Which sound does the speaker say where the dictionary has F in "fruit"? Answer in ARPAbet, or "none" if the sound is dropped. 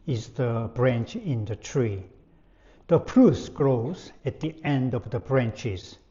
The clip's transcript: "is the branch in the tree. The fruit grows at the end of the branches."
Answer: P